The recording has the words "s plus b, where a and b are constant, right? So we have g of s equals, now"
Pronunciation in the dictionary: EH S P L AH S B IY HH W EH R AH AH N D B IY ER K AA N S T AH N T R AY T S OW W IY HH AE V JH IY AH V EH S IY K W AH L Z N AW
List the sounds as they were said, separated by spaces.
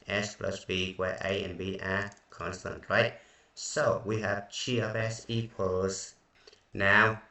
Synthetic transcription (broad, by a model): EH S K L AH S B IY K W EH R AH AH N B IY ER K AA N S T AH N T R AY T S OW W IY HH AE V CH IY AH P EH S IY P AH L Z N AW